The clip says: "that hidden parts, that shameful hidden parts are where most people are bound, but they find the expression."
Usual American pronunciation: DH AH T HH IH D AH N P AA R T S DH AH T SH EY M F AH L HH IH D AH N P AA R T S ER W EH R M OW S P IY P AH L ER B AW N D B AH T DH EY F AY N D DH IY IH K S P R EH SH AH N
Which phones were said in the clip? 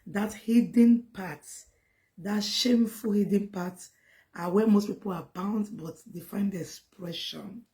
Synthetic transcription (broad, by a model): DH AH T HH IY D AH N P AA T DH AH T SH EY M F AH L HH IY D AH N P AA T AA W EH M OW S P IY P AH L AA B AW N D B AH T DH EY F AY N D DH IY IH K S P R EH SH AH N